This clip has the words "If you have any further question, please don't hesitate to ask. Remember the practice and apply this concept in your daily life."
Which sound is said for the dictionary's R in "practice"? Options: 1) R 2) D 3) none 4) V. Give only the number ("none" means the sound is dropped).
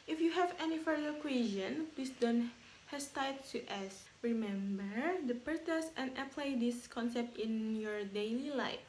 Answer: 3